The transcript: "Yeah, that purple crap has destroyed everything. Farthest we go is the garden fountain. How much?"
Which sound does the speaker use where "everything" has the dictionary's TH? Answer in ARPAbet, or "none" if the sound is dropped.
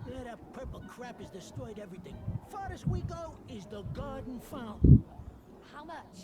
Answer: TH